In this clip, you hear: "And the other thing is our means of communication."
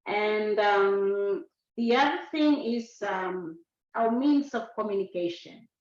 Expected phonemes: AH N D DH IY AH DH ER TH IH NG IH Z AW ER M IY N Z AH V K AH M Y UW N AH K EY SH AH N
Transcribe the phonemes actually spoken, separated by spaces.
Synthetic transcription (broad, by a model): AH N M DH IY AH DH ER TH IH NG IH Z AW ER M IY N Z AH V K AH M Y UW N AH K EY SH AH N